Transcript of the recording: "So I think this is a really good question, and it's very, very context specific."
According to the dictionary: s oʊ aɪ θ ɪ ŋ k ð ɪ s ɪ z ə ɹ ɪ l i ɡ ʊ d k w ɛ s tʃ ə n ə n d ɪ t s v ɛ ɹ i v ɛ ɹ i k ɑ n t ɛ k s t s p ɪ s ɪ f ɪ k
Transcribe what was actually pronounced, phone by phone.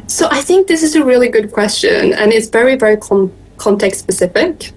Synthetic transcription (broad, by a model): s oʊ aɪ θ ɪ ŋ k ð ɪ s ɪ z ə ɹ ɪ l i ɡ ʊ d k w ɛ s tʃ ə n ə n ɪ t s v ɛ ɹ i v ɛ ɹ i k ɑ n t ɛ k t s p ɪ s ɪ f ɪ k